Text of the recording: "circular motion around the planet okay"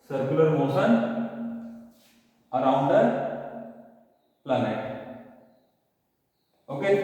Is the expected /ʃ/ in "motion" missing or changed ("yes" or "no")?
yes